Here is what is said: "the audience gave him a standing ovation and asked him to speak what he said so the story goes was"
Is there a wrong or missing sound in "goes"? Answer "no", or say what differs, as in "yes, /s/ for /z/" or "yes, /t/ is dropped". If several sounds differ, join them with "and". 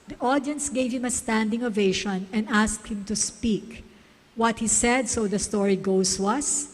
yes, /s/ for /z/